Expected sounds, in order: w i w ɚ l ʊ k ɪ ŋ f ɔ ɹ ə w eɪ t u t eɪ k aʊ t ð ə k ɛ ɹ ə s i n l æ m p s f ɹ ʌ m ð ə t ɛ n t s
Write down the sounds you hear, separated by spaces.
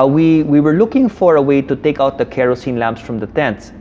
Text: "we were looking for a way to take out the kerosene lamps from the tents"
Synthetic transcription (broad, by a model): w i w ɚ l ʊ k ɪ ŋ f ɔ ɹ ə w eɪ t u t eɪ k aʊ t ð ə k ɛ ɹ ə s i n l æ m p s f ɹ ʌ m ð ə t ɛ n t s